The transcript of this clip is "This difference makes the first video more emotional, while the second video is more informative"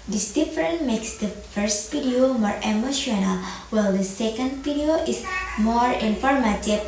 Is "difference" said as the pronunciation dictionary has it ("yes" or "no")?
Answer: no